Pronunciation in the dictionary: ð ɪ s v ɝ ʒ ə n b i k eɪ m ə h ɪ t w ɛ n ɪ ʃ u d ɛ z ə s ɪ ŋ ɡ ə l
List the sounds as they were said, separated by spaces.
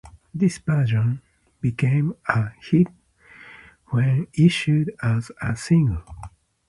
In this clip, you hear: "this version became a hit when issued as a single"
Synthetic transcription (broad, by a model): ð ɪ s p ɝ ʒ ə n b i k eɪ m ə h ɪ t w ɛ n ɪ ʃ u d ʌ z ə s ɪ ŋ ɡ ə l